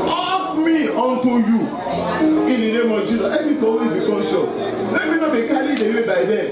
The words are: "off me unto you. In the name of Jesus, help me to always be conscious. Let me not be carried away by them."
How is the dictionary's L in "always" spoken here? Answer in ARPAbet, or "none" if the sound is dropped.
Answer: none